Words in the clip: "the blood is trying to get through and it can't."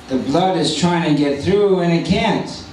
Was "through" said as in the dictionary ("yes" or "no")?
yes